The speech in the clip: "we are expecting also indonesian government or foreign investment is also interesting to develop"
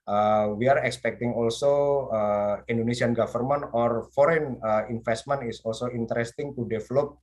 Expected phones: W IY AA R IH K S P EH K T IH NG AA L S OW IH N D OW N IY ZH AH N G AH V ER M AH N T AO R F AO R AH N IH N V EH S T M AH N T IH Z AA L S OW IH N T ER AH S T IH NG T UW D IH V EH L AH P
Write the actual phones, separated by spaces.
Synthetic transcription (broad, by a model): W IY AA R IH K S P EH K T IH NG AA L S OW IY N D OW N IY S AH N G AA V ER M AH N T AO R F AO R AH N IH N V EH S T M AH N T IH S AA L S OW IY N T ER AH S T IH NG T UW D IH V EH L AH P